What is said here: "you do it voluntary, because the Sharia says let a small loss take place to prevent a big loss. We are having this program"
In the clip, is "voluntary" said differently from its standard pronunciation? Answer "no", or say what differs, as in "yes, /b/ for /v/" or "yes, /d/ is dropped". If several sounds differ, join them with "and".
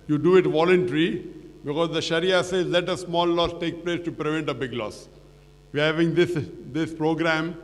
no